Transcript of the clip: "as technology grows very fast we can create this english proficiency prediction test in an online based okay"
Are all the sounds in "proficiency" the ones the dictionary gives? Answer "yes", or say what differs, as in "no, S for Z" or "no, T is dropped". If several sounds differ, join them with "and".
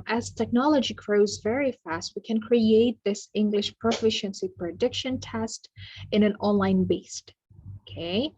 yes